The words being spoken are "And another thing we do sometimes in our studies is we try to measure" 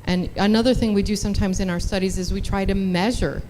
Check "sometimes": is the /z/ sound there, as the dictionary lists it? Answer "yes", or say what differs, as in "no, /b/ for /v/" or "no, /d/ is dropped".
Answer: yes